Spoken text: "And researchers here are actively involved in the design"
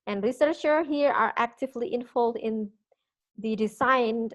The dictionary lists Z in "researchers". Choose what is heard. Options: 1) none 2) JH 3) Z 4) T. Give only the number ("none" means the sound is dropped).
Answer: 1